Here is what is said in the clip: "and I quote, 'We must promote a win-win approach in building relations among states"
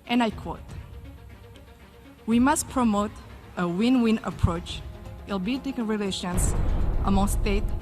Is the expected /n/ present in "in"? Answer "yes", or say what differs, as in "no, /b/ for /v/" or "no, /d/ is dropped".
no, /l/ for /n/